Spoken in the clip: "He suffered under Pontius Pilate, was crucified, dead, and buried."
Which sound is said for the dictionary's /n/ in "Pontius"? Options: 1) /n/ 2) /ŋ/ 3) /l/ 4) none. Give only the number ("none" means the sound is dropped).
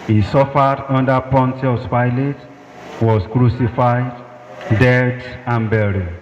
1